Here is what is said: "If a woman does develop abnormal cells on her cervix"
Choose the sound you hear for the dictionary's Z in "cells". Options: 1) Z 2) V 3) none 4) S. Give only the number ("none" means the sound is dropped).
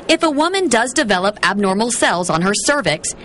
1